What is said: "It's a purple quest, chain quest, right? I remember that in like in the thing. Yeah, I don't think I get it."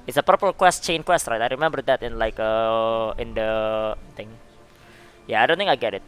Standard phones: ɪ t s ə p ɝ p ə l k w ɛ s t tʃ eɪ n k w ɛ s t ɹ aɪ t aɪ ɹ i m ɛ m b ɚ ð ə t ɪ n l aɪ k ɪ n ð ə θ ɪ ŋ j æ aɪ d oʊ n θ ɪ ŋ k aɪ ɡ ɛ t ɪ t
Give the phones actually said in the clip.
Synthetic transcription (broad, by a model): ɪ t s ə p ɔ p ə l k w ɛ s t tʃ eɪ n k w ɛ s t ɹ aɪ t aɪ ɹ i m ɛ m b ɚ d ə t ɪ n l aɪ k ɪ n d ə t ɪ ŋ j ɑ aɪ d oʊ n t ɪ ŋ aɪ ɡ ɛ t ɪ t